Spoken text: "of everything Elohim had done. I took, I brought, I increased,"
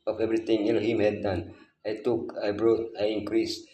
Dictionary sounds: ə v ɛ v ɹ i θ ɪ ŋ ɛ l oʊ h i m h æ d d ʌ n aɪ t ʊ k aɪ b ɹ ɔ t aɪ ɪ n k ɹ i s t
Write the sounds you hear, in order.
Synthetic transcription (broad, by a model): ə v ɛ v ɹ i t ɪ ŋ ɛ n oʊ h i m h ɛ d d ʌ n aɪ t ʊ k aɪ b ɹ ɔ t aɪ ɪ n k ɹ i s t